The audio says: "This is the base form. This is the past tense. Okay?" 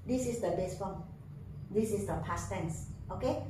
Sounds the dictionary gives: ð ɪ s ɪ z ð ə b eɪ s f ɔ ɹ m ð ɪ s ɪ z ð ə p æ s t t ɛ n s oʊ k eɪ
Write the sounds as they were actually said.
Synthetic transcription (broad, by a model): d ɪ s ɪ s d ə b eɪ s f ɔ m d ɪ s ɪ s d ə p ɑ s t t ɛ n s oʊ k eɪ